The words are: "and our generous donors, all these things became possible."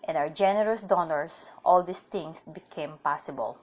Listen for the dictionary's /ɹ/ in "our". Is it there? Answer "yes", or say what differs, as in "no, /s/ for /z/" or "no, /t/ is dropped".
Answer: no, /w/ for /ɹ/